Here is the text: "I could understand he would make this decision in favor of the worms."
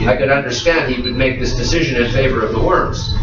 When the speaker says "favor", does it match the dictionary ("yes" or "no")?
yes